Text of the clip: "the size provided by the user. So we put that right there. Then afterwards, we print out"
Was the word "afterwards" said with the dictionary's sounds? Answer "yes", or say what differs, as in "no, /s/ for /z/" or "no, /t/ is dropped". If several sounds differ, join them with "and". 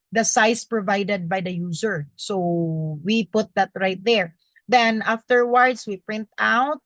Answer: no, /s/ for /z/